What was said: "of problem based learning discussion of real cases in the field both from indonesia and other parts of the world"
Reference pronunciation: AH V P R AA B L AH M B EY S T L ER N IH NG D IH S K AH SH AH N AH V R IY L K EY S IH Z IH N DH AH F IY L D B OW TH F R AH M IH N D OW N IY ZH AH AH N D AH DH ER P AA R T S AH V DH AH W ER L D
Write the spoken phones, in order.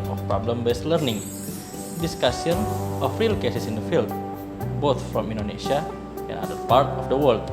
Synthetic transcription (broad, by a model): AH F P R AA B L AH M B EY S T L ER N IH NG D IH S K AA S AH N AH F R IY L K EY S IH S IH N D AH F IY L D B OW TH F R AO M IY N D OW N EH SH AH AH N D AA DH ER P AA R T AH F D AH W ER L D